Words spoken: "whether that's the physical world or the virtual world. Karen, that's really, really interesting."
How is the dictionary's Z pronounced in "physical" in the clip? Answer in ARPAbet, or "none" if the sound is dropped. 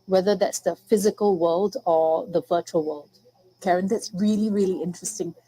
Z